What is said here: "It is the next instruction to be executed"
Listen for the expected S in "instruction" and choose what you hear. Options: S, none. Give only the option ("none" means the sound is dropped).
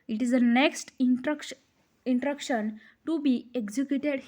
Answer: none